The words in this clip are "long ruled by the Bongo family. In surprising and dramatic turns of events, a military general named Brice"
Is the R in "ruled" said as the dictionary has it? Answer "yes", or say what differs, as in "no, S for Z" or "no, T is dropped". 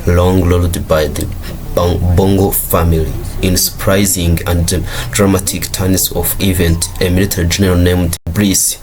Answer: no, L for R